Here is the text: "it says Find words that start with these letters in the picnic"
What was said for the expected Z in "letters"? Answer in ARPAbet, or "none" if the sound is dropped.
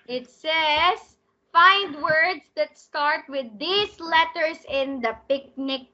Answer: S